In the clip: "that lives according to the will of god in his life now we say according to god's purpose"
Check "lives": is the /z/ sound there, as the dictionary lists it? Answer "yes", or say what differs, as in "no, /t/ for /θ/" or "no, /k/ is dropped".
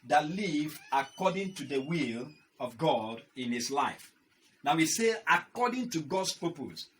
no, /z/ is dropped